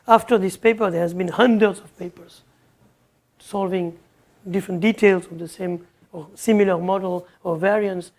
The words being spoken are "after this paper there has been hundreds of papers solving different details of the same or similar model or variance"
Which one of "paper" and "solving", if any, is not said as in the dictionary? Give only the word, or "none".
none